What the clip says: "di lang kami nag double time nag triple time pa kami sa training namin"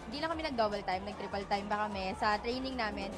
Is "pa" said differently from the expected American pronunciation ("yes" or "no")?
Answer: yes